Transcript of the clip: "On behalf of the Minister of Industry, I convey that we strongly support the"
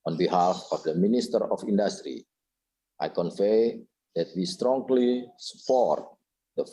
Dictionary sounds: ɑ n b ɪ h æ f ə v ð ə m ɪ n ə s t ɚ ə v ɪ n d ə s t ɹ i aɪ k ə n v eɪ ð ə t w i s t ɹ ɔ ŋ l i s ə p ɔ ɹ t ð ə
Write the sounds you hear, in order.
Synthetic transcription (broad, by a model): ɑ n b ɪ h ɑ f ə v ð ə m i n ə s t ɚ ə f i n d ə s t ɹ i aɪ k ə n f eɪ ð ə t w i s t ɹ ɔ ŋ l i s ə p ɔ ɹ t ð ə